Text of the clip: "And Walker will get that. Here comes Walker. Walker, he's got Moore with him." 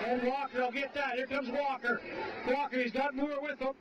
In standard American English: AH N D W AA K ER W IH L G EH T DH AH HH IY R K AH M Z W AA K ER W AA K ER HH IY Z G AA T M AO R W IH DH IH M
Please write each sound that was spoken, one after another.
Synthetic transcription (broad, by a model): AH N W AA K ER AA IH L G EH T DH AH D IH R K AH M Z W AA K ER W AA K ER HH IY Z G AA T M AO R W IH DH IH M